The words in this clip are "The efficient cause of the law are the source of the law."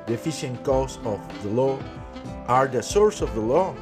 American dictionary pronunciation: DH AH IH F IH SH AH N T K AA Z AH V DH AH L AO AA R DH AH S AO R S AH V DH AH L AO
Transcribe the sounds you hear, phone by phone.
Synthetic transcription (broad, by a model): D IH F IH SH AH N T K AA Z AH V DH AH L AO AA R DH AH S AO R S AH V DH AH L AO